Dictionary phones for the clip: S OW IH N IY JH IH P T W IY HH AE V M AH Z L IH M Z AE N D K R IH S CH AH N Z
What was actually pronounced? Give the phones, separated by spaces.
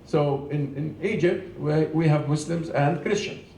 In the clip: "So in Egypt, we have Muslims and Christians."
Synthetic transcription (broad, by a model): S OW IH N IY JH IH P T W IY HH AE V M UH S L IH M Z AE N D K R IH S CH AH N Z